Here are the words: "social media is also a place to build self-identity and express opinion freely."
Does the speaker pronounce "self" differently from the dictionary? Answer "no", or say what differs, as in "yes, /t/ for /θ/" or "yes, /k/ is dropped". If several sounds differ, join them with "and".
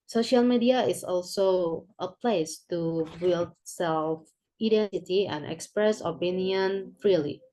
no